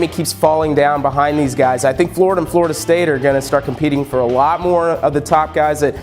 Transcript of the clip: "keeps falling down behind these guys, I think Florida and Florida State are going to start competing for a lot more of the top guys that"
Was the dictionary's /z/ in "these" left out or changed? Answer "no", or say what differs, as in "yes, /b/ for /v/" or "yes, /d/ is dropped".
no